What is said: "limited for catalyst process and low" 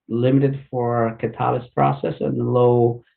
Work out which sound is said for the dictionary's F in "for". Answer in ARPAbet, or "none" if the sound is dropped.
F